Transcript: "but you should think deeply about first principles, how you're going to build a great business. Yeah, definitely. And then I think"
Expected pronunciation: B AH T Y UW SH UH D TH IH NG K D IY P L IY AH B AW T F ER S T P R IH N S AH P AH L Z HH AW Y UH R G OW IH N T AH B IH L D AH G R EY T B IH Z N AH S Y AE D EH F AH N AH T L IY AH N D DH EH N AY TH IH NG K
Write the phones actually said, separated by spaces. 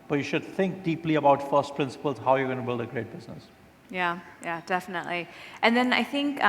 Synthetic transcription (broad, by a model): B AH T Y UW SH UH D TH IH NG K D IY P L IY AH B AW T F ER S T P R IH N S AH P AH L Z HH AW Y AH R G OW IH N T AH B IH L D AH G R EY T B IH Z N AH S Y AE D EH F AH N AH T L IY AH N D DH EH N AY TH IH NG K